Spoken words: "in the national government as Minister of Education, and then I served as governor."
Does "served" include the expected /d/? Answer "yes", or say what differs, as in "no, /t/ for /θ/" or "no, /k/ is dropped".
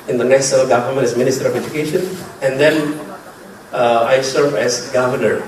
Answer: no, /d/ is dropped